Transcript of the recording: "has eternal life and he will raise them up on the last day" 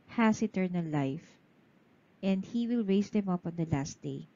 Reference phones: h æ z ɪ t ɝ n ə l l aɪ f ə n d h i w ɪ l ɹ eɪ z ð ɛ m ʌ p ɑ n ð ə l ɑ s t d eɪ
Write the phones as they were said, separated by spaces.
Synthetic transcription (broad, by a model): h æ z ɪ t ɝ n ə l l aɪ f ə n d h i w ɪ l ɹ eɪ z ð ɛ m ʌ p ɑ n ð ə l ɑ s t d eɪ